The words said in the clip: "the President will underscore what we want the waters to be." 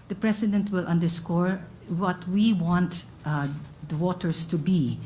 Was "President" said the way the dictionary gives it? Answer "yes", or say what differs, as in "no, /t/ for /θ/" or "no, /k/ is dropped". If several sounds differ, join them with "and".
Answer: no, /s/ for /z/